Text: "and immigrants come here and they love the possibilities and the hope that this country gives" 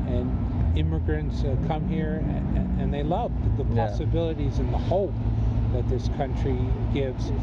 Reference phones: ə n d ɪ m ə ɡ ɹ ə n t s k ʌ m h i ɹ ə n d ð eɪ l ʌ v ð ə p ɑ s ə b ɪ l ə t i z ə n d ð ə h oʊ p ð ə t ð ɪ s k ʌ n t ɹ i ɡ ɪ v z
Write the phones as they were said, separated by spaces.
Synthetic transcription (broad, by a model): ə n ɪ m ə ɡ ɹ ə n t s k ʌ m h i ɹ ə n ð eɪ l ʌ v ð ə p ɑ s ə b ɪ l ə t i z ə n ð ə h oʊ p ð ə t ð ɪ s k ʌ n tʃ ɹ i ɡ ɪ v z